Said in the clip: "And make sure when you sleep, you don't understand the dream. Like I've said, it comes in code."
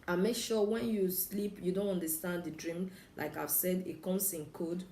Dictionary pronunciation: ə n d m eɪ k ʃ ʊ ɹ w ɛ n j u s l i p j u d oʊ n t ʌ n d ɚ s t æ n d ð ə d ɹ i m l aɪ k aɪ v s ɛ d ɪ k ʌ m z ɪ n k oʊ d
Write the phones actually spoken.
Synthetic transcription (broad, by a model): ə m eɪ k ʃ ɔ w ɛ n j u s l i p j u d oʊ n t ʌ n d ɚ s t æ n d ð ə d ɹ i m l aɪ k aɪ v s ɛ d ɪ k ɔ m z ɪ n k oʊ d